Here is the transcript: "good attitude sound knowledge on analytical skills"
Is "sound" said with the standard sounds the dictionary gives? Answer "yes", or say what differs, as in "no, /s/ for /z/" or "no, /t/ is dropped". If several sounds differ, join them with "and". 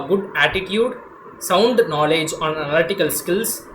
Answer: yes